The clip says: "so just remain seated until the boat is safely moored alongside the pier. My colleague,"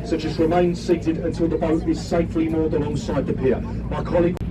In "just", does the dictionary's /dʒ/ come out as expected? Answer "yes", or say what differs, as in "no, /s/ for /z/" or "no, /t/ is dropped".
no, /tʃ/ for /dʒ/